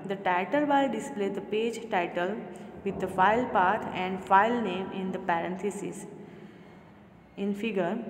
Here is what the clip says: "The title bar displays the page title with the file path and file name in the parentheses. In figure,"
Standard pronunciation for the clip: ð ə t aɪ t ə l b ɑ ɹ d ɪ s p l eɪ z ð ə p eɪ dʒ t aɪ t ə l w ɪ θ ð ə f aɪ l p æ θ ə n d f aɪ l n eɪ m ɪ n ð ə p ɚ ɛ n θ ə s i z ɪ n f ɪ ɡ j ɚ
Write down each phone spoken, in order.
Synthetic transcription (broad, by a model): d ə t aɪ t ə l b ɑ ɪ d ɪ s p l eɪ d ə p eɪ dʒ t aɪ t ə l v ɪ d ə f aɪ l p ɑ t ə n d f aɪ l n eɪ m ɪ n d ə p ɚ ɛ n t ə s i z ɪ n f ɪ ɡ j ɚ